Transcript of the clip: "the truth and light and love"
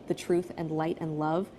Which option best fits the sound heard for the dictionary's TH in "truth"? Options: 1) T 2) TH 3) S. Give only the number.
2